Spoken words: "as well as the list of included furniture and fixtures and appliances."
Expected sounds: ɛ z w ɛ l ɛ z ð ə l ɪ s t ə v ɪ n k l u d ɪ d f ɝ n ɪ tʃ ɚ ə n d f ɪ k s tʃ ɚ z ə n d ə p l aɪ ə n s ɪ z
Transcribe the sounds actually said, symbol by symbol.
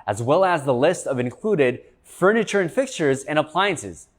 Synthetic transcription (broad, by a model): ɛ z w ɛ l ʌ z ð ə l ɪ s t ə v ɪ n k l u d ɪ d f ɝ n ɪ tʃ ɚ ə n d f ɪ k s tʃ ɚ z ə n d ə p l aɪ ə n s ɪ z